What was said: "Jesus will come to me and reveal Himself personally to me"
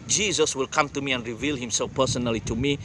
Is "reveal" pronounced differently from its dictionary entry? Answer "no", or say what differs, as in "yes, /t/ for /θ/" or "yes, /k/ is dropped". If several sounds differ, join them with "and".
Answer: no